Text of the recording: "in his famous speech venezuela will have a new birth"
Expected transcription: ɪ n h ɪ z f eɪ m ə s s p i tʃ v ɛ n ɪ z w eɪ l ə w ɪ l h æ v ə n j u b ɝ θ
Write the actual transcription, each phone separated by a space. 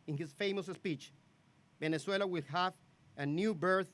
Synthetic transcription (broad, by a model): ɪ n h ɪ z f eɪ m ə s s p i tʃ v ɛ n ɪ s w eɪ l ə w ɪ l h æ v ə n j u b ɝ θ